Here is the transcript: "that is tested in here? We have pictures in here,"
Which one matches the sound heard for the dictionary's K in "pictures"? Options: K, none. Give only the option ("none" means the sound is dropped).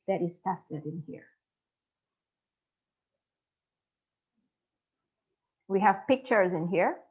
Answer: K